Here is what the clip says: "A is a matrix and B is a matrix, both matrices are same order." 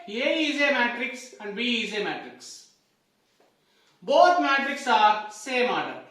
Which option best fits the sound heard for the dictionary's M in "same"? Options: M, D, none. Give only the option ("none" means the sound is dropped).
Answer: M